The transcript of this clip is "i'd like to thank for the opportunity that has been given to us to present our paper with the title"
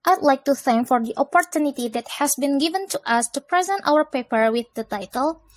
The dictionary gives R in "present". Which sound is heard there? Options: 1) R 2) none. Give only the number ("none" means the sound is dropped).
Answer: 1